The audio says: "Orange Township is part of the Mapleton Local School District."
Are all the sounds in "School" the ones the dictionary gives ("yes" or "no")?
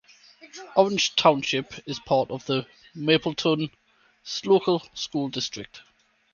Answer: yes